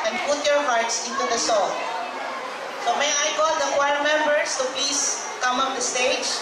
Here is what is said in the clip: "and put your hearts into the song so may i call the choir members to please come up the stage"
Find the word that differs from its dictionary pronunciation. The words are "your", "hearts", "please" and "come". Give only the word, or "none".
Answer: please